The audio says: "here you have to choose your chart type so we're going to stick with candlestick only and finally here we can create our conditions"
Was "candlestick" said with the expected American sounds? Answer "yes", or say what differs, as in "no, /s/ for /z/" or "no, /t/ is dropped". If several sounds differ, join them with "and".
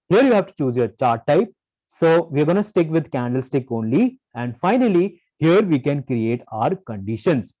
yes